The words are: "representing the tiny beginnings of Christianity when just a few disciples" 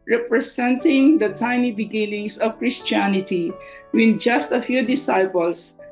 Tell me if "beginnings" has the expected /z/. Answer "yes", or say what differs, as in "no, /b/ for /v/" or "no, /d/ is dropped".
no, /s/ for /z/